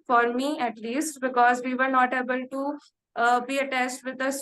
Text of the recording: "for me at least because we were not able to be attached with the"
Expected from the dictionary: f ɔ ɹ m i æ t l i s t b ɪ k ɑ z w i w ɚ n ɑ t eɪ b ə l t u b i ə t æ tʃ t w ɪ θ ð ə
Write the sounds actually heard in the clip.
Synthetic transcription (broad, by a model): f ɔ ɹ m i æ t l i s t b ɪ k ɑ z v i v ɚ n ɑ t eɪ b ə l t u b i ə t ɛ s t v ɪ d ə